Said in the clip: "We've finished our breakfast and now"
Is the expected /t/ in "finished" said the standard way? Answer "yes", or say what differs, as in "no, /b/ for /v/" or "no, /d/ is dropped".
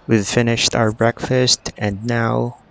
yes